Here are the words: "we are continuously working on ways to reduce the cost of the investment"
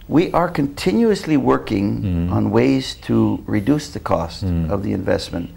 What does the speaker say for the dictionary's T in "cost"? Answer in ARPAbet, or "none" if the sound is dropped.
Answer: T